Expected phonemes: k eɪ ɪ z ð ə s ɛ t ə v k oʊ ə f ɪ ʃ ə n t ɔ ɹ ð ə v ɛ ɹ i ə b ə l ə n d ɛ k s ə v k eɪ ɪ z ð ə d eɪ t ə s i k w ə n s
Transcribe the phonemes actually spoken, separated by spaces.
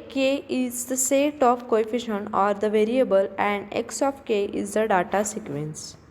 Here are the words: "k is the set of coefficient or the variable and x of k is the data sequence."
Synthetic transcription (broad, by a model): k eɪ ɪ z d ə s ɛ t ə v k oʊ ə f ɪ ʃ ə n ɔ ɹ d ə v ɛ ɹ i ə b ə l ə n d ɛ k s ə f k eɪ ɪ z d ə d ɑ t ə s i k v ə n s